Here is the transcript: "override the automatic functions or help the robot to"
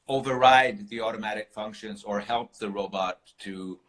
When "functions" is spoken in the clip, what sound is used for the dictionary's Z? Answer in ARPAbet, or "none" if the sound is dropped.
Z